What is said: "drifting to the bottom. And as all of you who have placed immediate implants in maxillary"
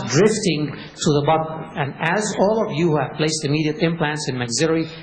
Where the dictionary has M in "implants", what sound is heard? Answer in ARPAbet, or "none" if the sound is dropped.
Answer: M